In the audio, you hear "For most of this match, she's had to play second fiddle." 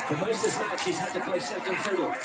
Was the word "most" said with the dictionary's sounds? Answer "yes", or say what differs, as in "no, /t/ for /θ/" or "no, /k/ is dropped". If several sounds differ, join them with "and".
no, /s/ is dropped